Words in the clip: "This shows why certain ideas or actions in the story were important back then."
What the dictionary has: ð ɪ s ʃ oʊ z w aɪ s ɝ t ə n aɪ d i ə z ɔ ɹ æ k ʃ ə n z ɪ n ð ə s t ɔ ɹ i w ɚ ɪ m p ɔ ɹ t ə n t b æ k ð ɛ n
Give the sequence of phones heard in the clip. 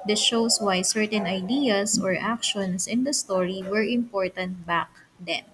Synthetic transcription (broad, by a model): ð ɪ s ʃ oʊ s w aɪ s ɝ t ə n aɪ d i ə s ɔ ɹ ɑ k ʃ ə n s ɪ n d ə s t ɔ ɹ i w ɚ ɪ m p ɔ ɹ t ə n t b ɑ k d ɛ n